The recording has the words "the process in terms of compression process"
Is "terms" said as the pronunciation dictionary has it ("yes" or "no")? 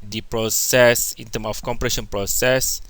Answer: no